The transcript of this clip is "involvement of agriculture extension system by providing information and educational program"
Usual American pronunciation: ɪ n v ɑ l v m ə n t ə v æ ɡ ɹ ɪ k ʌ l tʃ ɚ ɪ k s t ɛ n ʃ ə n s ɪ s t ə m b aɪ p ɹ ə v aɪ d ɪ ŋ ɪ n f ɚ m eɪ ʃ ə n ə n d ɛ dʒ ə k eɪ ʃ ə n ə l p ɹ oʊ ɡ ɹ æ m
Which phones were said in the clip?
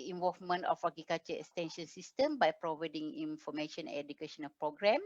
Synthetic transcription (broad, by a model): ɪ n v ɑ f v m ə n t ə f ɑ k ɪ k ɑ tʃ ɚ ɪ k s t ɛ n ʃ ə n s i s t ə m b aɪ p ɹ ə v aɪ d ɪ ŋ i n f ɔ m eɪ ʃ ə n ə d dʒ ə k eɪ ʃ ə n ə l p ɹ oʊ ɡ ɹ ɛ m